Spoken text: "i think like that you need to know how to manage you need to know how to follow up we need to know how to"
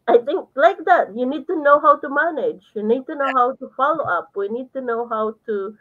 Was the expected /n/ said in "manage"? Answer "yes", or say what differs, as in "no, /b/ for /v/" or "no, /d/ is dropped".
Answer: yes